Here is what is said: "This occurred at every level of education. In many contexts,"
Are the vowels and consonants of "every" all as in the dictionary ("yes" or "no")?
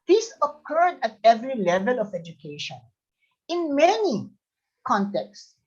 yes